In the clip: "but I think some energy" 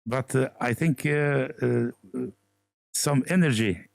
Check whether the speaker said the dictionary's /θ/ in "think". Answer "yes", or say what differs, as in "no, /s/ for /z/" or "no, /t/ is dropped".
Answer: yes